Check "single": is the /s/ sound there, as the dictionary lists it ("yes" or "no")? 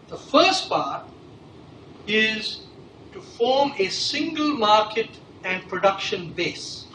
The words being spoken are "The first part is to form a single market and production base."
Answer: yes